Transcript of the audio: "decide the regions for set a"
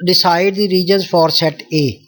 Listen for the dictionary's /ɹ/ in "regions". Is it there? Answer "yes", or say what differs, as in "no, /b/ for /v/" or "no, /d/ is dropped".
yes